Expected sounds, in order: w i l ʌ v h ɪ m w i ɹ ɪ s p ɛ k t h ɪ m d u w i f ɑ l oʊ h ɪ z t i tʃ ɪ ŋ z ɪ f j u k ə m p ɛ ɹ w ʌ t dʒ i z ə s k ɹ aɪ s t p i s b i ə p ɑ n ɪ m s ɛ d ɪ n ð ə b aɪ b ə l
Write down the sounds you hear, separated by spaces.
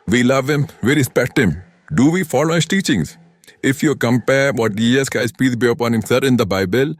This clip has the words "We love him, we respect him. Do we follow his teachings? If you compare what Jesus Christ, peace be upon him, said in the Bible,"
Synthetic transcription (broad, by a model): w i l ʌ v h ɪ m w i ɹ ɪ s p ɛ k t h ɪ m d u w i f ɑ l oʊ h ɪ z t i tʃ ɪ ŋ z ɪ f j u k ə m p ɛ ɹ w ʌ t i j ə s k aɪ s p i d b i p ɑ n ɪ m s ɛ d ɪ n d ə b aɪ b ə l